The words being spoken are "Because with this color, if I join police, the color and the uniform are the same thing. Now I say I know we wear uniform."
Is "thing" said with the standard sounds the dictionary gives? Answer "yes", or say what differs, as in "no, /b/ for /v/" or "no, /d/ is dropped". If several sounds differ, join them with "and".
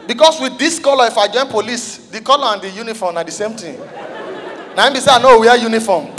no, /t/ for /θ/